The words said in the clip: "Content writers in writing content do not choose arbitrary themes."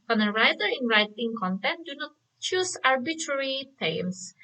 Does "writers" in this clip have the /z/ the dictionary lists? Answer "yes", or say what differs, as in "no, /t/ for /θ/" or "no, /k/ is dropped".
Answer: no, /z/ is dropped